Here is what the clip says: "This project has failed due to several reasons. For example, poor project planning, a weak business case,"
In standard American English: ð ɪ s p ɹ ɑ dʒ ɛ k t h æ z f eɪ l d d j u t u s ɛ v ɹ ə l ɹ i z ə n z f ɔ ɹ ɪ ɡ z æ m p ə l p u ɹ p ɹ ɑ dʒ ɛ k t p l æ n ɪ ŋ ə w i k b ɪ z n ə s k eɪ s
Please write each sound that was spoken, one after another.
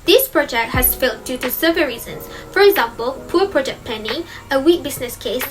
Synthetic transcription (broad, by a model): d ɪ s p ɹ ɑ dʒ ɛ k t h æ s f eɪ l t d j u t u s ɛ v ə ɹ i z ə n s f ɔ ɹ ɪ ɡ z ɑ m p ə l p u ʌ p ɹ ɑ dʒ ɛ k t p ɛ n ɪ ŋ ə w i k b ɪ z n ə s k eɪ s